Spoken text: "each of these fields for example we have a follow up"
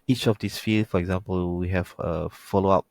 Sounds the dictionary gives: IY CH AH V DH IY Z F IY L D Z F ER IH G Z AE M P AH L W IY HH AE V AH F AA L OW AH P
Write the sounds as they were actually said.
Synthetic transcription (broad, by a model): IY CH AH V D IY S F IY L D F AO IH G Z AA M P AH L W IY HH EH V AH F AA L OW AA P